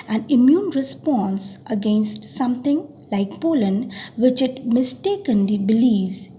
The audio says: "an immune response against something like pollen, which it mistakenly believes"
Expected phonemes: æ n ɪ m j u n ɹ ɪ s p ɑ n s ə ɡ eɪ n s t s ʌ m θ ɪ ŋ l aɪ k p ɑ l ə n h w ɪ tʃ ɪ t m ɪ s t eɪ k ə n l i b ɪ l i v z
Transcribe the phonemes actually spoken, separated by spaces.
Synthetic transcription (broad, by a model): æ n ɪ m j u n ɹ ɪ s p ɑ n s ə ɡ eɪ n s t s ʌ m t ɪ ŋ l aɪ k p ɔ l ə n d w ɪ tʃ ɪ t m ɪ s t eɪ k ə n l i b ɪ l i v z